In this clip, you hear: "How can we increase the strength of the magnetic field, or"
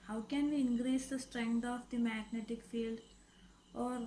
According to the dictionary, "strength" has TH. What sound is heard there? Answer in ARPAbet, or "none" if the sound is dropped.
T